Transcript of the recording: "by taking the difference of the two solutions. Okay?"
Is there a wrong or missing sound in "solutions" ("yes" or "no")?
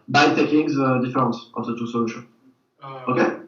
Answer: yes